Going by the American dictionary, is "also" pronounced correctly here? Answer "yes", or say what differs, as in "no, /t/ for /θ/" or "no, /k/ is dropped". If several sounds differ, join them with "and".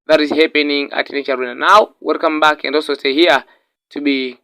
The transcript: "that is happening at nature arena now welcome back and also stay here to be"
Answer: no, /l/ is dropped